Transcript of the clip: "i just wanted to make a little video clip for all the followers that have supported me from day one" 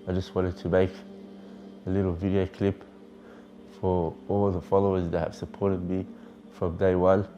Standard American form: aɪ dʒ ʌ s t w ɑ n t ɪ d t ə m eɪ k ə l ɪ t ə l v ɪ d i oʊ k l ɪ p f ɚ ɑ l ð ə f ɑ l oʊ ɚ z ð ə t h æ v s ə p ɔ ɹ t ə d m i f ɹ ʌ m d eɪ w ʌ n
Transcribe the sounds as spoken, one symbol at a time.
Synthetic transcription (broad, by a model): aɪ dʒ ʌ s t w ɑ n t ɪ d t ə m eɪ k ə l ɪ t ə l v ɪ d i oʊ k l ɪ p f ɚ ɑ l ð ə f ɑ l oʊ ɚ z ð ə t h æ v s ə p ɔ ɹ t ə d m i f ɹ ʌ m d eɪ w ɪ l